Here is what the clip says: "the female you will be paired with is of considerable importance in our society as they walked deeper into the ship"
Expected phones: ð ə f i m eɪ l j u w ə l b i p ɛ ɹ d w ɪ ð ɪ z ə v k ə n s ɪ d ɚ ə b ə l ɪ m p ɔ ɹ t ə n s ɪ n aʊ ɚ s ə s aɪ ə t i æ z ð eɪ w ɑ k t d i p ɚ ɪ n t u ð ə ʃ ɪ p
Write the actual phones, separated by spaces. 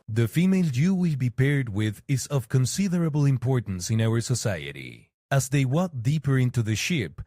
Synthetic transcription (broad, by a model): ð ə f i m eɪ l j u w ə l b i p ɛ ɹ d w ɪ ð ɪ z ə v k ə n s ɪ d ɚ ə b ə l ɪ m p ɔ ɹ t n s ɪ n aʊ ɚ s ə s aɪ ə t i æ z ð eɪ w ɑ t d i p ɚ ɪ n t u ð ə ʃ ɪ p